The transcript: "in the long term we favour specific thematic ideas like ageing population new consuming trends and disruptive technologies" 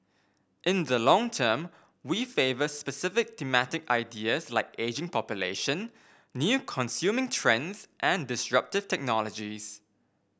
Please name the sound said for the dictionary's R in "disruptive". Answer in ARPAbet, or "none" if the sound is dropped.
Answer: R